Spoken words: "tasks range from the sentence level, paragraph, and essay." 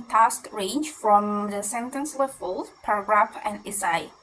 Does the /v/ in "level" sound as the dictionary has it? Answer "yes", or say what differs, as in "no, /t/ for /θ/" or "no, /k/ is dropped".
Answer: no, /f/ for /v/